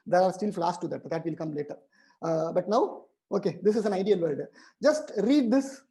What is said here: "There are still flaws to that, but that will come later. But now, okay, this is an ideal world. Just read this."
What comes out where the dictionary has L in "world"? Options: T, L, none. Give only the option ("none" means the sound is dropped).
none